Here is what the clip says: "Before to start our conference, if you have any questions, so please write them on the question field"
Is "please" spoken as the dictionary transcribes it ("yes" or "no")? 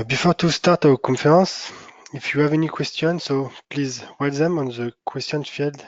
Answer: yes